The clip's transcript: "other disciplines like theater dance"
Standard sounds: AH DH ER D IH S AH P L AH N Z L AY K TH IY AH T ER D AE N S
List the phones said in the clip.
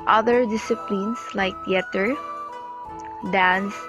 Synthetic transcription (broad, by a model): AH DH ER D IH S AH P L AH N S L AY K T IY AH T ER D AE N S